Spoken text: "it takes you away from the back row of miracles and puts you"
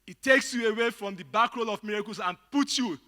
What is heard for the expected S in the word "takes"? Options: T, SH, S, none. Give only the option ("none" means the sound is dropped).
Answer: S